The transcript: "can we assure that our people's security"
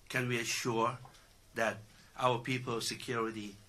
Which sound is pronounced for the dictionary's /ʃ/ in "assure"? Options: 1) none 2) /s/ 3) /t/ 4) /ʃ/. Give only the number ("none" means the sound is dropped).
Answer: 4